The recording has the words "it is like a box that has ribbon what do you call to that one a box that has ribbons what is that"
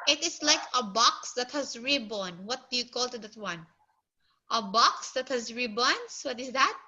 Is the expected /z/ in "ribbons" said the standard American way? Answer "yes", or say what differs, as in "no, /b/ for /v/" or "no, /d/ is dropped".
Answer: no, /s/ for /z/